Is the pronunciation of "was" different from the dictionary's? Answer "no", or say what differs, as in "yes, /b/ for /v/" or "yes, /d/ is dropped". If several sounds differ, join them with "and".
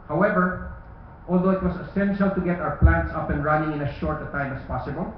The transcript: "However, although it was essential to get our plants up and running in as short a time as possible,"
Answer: yes, /s/ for /z/